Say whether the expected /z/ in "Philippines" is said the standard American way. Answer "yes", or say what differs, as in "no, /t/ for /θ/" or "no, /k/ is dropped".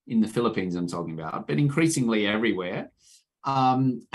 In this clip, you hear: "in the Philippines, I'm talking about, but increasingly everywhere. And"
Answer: yes